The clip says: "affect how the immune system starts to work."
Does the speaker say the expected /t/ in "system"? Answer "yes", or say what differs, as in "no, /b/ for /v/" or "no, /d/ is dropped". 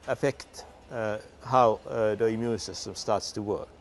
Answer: no, /s/ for /t/